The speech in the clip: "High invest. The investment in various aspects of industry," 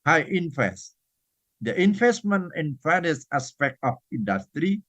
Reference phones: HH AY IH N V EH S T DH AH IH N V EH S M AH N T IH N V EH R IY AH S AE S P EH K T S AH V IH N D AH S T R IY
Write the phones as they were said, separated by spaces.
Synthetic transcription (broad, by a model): HH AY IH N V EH S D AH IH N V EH S M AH N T IH N F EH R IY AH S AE S P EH K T AH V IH N D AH S T R IY